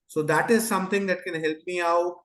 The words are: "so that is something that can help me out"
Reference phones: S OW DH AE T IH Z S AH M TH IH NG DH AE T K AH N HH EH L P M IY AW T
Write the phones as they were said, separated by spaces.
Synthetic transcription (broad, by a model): S OW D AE T IH Z S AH M T IH NG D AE T K AH N HH EH L P M IY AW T